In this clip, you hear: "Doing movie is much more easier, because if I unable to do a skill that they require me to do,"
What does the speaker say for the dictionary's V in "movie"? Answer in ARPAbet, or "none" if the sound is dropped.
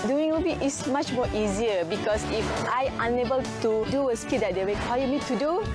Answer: B